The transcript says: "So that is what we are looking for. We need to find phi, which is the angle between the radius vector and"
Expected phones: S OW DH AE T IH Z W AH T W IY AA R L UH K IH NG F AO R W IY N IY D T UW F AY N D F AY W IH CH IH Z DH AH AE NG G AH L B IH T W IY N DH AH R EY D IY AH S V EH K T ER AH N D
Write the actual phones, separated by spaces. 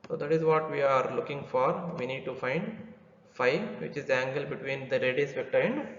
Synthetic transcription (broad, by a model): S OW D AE T IH Z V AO T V IY AA R L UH K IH NG F AO R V IY N IY D T UW F AY N D F AY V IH CH IH Z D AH AE NG G AH L B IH T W IY N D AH R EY D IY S P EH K T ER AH N D